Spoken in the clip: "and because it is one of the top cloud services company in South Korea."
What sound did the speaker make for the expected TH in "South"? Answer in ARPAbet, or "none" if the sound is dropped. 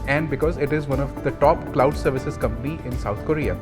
T